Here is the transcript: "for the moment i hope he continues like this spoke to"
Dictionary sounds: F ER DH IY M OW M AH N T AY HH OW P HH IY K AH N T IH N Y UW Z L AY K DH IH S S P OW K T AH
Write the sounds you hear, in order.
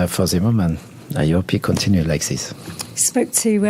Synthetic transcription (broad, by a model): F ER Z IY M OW M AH N AY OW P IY K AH N T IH N Y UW L AY K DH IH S S P OW K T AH